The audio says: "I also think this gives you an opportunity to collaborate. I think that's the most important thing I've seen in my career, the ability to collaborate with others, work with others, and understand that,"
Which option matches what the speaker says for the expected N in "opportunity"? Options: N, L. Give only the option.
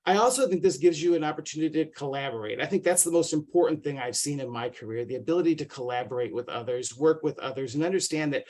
N